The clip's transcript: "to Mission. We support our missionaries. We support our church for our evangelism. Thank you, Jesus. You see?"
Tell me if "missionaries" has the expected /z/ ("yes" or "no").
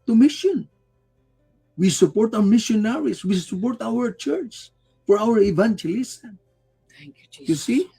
no